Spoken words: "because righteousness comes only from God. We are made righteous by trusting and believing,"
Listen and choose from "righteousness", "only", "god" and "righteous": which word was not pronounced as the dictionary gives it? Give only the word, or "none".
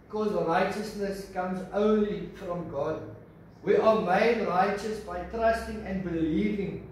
none